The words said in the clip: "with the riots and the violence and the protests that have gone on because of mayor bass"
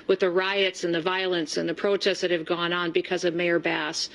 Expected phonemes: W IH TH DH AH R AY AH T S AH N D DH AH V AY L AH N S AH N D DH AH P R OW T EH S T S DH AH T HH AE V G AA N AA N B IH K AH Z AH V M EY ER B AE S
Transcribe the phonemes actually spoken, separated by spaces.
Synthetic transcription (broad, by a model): W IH DH AH R AY AH T S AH N DH AH V AY L AH N S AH N DH AH P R OW T EH S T DH AH T HH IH V G AA N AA N B IH K AH Z AH V M EY ER B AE S